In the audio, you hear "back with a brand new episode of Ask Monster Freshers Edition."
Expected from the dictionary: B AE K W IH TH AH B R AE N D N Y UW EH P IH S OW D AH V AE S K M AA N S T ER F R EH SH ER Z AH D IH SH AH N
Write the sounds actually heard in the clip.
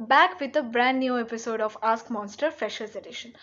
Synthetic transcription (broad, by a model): B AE K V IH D AH B R AE N D N Y UW EH P IH S OW D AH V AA S K M AA N S T ER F EH SH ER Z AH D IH SH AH N